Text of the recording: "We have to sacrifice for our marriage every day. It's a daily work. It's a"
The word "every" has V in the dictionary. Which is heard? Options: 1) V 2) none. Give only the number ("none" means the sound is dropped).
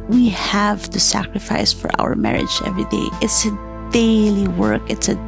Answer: 1